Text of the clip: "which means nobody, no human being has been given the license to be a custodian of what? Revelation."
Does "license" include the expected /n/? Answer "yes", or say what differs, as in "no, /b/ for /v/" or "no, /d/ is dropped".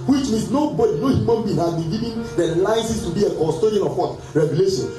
no, /n/ is dropped